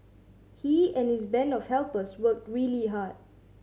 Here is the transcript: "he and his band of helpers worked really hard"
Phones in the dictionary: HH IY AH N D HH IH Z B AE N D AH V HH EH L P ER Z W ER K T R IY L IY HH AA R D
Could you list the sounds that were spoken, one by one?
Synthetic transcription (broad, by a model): HH IY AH N HH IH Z B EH N AH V HH EH L P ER S W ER K T R IY L IY HH AA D